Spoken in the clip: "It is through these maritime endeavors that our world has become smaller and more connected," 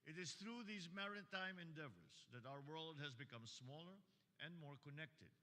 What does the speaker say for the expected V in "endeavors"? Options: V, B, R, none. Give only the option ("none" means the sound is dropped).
V